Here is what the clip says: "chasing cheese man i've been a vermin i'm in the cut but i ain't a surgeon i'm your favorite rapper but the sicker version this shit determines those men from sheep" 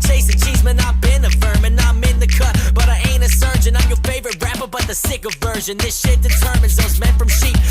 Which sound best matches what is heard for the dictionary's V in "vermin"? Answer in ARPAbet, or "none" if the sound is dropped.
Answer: F